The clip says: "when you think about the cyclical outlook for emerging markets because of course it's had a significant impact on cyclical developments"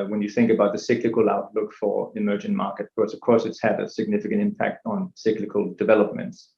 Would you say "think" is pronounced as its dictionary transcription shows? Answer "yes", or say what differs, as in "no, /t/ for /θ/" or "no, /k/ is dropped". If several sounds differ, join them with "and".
yes